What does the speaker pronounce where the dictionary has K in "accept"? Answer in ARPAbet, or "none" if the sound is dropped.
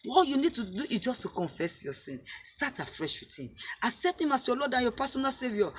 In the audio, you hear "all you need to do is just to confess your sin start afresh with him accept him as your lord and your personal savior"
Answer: none